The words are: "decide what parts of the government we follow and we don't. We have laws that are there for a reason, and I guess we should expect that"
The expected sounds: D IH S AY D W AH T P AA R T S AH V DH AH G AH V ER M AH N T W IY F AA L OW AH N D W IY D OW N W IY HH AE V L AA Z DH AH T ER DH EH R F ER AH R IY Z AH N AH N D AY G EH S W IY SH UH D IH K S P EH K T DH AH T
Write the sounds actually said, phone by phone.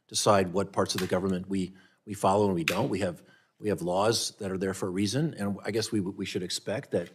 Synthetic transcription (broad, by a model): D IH S AY D W AH T P AA R T S AH V DH AH G AH V ER M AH N T W IY F AA L OW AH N W IY D OW N W IY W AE V L AA Z DH AH T ER DH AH R F ER R IY Z AH N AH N AY G EH S W IY SH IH D IH K S P EH K T DH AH T